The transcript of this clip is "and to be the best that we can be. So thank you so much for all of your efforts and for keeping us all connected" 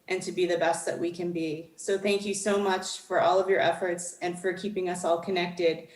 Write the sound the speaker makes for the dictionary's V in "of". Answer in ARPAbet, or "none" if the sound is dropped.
V